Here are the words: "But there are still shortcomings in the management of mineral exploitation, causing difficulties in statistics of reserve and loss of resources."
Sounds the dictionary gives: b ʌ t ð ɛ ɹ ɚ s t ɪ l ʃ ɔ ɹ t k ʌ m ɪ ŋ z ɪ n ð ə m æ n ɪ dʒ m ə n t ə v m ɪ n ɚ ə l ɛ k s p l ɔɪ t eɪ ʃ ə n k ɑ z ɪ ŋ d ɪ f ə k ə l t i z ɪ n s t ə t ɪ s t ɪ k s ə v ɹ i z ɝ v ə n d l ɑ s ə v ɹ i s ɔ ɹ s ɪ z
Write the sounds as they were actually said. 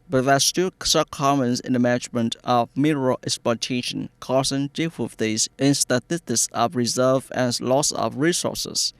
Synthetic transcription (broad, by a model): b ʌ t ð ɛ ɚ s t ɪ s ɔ k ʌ m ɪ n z ɪ n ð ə m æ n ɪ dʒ m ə n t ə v m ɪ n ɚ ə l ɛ k s p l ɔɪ t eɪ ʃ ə n k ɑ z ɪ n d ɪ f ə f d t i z ɪ n s t ə t ɪ s t ɪ k s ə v ɹ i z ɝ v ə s l ɑ s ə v ɹ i s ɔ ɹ s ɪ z